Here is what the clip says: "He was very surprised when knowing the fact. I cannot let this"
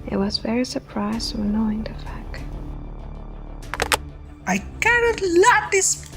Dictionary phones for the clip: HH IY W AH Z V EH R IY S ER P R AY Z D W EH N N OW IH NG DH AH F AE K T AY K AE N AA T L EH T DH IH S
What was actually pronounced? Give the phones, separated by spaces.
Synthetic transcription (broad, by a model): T W AH Z V EH R IY S ER P R AY Z D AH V N OW IH NG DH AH F AE K T AY K AE N AA T L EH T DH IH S